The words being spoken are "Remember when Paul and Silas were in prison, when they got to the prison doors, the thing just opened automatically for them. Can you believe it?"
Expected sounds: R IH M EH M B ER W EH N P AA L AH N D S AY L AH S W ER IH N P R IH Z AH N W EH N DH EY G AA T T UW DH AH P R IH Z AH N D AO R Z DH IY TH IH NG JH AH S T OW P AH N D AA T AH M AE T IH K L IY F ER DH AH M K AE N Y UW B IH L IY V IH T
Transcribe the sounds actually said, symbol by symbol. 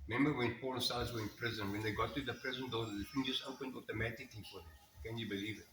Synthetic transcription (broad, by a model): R M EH M B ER W EH N P AA L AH S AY AH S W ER IH N P R IH Z AH N W EH N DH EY G AA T T UW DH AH P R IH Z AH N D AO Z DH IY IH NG JH AH S T OW P AH N D AA T AH M AE T IH K L IY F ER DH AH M K AE N Y UW B IH L IY V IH T